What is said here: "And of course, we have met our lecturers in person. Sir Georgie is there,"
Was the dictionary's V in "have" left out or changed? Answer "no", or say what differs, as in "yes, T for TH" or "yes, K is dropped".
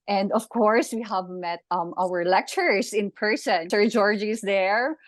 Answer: no